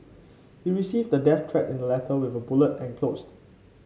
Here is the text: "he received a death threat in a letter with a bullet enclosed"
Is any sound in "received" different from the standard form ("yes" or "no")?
no